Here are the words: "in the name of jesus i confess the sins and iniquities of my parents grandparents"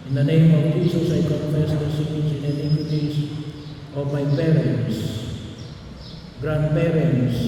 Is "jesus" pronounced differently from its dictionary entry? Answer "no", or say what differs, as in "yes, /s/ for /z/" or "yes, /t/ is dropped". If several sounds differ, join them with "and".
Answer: yes, /s/ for /z/